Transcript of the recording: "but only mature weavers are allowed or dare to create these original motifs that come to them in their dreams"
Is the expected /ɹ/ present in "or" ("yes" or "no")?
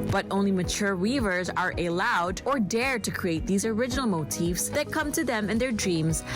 yes